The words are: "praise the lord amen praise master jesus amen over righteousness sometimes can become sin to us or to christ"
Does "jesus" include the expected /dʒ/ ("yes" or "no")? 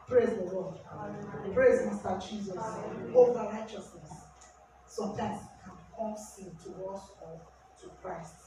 yes